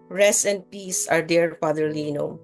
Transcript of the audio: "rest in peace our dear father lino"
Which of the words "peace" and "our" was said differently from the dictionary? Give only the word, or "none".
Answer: none